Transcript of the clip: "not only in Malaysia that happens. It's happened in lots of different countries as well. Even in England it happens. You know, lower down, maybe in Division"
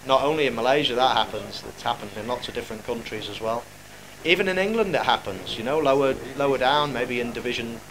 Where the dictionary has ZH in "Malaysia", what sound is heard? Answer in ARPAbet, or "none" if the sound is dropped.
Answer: ZH